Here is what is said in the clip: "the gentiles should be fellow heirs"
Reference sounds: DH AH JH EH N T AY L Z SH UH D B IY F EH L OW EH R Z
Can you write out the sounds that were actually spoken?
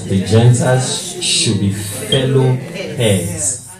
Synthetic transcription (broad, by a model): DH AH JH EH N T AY Z SH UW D B IY F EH L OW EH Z